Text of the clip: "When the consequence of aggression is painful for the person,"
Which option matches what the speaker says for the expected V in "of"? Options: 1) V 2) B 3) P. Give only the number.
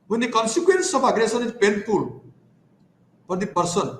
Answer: 3